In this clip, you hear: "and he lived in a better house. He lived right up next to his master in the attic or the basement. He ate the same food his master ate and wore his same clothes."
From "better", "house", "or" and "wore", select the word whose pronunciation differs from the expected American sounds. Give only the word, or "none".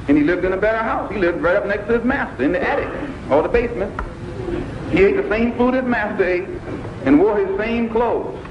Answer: or